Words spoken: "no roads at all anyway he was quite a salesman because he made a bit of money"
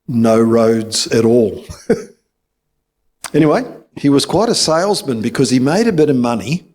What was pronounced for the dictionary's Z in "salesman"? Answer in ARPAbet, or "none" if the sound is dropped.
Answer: Z